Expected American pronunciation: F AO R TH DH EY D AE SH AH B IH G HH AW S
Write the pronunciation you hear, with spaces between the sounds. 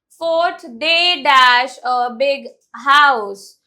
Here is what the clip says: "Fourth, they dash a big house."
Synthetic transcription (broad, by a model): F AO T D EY D AE SH AH B IH G HH AW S